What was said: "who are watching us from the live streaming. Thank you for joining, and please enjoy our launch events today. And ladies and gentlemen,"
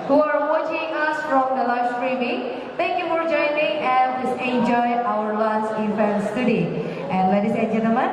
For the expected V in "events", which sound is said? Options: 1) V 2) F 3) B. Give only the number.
2